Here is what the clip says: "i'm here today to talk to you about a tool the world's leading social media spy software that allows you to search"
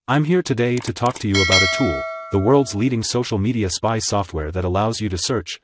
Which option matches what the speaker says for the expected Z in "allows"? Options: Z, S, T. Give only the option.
Z